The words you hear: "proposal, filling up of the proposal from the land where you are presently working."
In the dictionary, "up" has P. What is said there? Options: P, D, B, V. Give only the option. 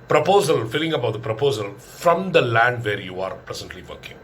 B